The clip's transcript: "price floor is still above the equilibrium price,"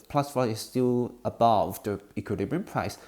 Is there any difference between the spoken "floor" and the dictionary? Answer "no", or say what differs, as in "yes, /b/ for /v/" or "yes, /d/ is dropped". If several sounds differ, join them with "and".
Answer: yes, /l/ is dropped